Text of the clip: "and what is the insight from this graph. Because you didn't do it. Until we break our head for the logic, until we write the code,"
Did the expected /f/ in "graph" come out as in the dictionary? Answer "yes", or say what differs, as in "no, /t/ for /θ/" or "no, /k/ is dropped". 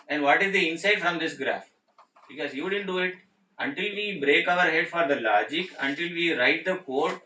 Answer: yes